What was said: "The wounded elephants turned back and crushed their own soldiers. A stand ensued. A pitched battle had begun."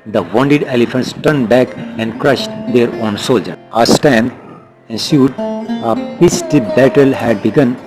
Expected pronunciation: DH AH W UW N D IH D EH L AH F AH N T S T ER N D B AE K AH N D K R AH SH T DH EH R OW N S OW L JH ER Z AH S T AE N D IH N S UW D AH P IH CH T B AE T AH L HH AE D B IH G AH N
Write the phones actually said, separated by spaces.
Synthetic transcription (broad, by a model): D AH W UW N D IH D EH L AH F AH N T S T ER N D B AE K AH N D K R AH SH T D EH R OW N S OW L JH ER AH S T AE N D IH N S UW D AH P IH S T B AE T AH L HH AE D B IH G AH N